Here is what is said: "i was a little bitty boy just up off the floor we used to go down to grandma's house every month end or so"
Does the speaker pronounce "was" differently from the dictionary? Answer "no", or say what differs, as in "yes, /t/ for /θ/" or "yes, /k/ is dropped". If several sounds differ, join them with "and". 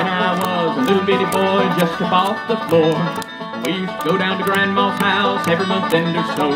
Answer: no